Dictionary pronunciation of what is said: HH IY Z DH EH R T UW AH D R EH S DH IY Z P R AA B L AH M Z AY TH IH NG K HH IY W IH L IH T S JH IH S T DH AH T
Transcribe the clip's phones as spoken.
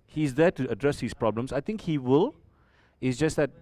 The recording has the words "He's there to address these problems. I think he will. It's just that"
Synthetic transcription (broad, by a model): HH IY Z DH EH T UW AH D R EH S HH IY S P R AA B L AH M S AY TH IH NG K HH IY W IH L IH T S JH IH S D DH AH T